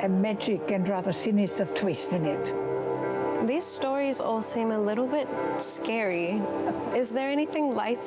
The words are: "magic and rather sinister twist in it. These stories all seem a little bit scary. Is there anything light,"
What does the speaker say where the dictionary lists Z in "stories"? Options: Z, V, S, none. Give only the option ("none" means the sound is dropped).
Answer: Z